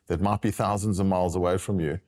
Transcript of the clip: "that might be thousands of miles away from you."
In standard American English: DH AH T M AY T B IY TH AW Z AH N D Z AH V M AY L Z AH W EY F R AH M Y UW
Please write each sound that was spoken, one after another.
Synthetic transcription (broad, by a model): DH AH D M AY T B IY TH AW Z AH N D Z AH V M AY L Z AH W EY F R AH M Y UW